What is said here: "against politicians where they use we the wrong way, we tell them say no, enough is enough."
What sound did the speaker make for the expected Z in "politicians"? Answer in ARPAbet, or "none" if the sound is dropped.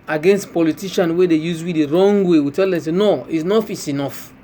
none